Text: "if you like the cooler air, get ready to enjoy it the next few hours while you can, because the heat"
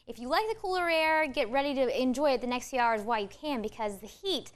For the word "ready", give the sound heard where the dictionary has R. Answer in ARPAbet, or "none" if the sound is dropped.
R